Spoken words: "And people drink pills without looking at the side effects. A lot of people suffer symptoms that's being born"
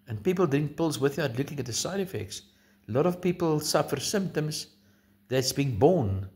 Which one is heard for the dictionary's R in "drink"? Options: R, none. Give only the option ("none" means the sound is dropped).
none